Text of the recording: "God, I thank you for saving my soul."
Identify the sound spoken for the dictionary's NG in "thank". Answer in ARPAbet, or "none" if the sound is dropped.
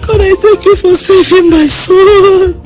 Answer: none